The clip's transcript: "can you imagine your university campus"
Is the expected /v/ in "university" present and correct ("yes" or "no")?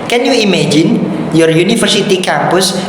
no